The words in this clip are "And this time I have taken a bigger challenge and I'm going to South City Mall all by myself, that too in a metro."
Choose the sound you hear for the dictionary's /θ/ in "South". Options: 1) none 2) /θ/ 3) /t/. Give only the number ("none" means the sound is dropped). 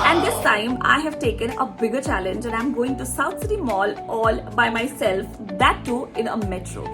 3